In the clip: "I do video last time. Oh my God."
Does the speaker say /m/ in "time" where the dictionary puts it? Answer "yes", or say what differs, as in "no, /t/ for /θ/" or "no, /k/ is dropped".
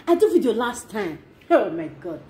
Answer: yes